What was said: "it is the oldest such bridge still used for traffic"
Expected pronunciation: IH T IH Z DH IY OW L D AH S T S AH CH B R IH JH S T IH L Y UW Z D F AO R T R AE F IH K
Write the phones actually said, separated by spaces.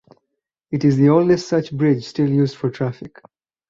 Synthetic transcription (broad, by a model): IH T IH Z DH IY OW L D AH S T S AH CH B R IH JH S T IH L Y UW Z D F AO R T R AE F IH K